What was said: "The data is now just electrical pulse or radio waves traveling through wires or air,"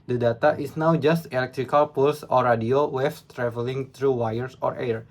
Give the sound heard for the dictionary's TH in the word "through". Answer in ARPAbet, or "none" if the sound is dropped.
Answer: T